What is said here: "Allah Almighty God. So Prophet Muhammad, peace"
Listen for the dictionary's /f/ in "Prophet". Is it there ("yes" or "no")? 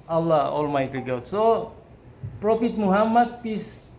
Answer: no